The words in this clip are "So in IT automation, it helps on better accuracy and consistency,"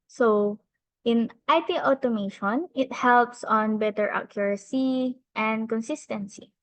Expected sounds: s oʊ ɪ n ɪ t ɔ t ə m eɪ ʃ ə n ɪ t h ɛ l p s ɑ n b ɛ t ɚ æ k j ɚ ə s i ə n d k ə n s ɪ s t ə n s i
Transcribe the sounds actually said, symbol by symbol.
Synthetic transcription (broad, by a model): s oʊ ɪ n ɪ t ɔ t ə m eɪ ʃ ə n ɪ t h ɛ l p s ɑ n b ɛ t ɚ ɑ k j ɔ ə s i ə n d k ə n s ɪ s t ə n s i